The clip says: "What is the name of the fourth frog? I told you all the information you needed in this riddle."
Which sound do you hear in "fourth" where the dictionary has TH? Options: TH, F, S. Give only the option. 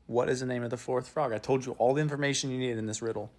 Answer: TH